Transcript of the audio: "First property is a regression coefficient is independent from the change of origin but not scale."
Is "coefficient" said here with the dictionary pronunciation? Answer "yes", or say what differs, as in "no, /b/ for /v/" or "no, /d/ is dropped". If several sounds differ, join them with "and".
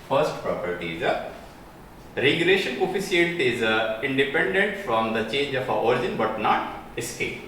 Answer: no, /s/ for /ʃ/